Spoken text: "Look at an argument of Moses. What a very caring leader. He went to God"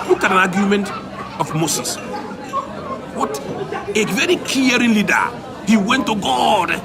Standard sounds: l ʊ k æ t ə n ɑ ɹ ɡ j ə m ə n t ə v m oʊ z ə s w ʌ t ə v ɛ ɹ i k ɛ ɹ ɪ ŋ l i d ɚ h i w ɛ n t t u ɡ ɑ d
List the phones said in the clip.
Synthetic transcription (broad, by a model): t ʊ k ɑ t ə n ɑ ɡ j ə m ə n t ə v m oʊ s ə s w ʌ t ə v ɛ ɹ i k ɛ ɹ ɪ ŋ l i d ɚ h i w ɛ n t t u ɡ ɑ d